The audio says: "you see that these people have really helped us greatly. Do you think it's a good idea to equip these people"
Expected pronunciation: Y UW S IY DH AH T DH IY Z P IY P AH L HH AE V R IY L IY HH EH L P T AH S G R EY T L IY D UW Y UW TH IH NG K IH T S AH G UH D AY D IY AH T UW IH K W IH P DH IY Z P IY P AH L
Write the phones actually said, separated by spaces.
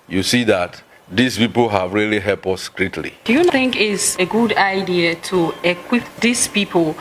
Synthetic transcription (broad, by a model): Y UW S IY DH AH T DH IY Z P IY P AH L HH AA V R IY L IY HH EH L P AH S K R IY T L IY D UW Y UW TH IH NG K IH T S AH G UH D AY D IY AH T UW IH K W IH P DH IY S P IY P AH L